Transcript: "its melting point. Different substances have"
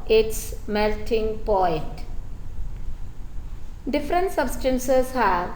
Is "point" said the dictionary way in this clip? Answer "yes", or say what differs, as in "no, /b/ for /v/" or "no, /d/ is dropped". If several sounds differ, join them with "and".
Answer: no, /n/ is dropped